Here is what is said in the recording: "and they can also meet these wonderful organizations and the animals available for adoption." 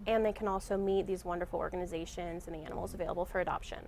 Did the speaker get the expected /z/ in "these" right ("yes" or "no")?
yes